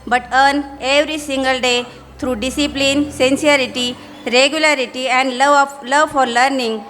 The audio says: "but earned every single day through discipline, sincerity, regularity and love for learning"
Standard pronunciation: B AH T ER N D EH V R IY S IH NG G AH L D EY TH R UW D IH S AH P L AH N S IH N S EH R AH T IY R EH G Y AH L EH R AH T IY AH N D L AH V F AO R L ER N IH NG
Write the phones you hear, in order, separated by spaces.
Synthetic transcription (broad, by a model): B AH T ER N EH V R IY S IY NG G AH L D EY T R UW D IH S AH P L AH N S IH N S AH R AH T IY R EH G Y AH L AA R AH T IY AH N D L AH V F AO R L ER N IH NG